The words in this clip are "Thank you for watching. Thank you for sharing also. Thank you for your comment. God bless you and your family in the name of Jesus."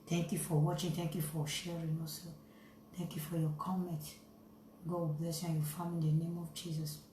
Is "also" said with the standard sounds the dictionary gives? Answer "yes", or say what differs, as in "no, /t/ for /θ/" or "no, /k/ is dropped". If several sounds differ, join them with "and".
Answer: no, /l/ is dropped